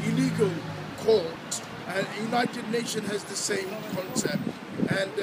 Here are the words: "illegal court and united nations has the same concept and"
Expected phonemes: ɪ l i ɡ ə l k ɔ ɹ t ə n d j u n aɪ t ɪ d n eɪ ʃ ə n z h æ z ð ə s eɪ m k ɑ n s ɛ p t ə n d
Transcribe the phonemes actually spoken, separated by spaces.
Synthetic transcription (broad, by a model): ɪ l i ɡ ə l k ɔ l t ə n j u n aɪ t ɪ d n eɪ ʃ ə n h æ z ð ə s eɪ m k ɑ n s ɛ p t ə n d